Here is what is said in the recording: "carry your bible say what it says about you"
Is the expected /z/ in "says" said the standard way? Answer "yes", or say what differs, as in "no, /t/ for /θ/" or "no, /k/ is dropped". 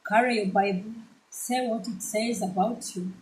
yes